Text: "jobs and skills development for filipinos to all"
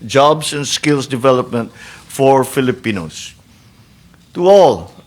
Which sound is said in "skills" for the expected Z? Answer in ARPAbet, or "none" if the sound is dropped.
S